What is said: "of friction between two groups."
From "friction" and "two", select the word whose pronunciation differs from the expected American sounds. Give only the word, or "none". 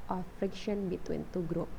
none